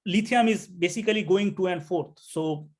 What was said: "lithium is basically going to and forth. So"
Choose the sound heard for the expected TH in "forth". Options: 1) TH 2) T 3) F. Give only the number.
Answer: 2